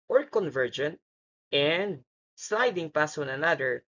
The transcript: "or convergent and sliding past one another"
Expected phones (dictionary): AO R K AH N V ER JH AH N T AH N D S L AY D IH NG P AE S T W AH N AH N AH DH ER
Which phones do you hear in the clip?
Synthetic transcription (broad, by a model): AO R K AH N V ER JH AH N T AH N D S L AY D IH NG P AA S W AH N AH N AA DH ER